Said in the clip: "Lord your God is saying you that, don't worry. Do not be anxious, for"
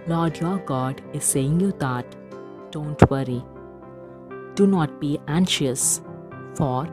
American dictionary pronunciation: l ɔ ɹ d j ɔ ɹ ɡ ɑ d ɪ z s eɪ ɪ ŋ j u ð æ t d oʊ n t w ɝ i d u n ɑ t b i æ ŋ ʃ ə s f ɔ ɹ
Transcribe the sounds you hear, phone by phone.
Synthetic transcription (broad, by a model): l ɔ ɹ d j ɔ ɹ ɡ ɑ d ɪ z s eɪ ɪ ŋ j u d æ t d oʊ n t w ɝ i d u n ɑ t b i æ ŋ ʃ ə s f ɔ ɹ